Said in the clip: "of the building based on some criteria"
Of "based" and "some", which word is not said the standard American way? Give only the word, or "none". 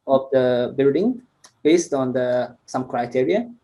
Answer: none